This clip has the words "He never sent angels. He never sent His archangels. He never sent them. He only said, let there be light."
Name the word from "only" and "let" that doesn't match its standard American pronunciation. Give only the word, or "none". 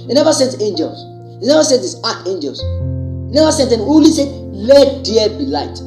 only